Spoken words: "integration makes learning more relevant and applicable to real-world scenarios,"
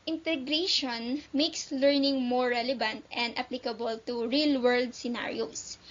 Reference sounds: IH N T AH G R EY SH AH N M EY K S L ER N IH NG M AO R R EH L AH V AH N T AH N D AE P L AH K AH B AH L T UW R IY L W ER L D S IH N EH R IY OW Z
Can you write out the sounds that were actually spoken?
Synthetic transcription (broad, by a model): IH N T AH G R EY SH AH N M EY K S L ER N IH NG M AO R R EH L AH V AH N T AH N D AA P L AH K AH B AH L T UW R IY L W ER L D S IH N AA R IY OW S